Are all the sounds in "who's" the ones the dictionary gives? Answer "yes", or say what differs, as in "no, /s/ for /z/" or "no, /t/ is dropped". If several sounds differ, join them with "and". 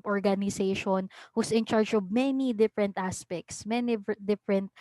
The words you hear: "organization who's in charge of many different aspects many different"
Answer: no, /s/ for /z/